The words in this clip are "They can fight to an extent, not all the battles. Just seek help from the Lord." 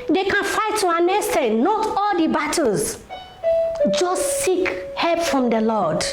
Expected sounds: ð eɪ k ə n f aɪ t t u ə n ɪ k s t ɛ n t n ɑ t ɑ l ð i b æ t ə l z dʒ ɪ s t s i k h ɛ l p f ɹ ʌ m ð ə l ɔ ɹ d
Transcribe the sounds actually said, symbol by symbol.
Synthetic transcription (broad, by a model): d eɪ k ə n f aɪ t t u ə n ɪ s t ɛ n n ɑ t ɑ l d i b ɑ t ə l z dʒ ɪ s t s i k h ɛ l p f ɹ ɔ m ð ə l ɔ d